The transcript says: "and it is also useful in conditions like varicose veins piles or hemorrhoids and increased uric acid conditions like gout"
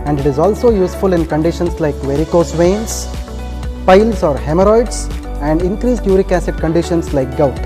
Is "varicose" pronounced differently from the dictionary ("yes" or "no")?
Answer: no